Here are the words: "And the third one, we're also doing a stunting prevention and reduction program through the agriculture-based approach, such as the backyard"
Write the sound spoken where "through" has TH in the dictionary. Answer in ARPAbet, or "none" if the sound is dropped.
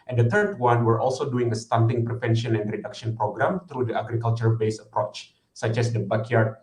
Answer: T